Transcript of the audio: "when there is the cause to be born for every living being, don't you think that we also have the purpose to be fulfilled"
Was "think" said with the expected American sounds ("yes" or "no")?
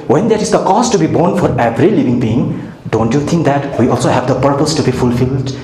no